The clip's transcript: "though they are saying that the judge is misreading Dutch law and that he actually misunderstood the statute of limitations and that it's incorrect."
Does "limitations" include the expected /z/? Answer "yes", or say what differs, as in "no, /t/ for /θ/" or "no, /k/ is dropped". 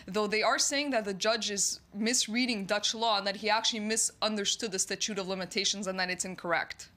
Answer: yes